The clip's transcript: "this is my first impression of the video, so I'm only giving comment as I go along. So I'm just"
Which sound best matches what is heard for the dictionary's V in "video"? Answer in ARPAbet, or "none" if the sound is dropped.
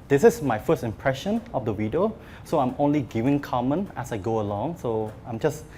W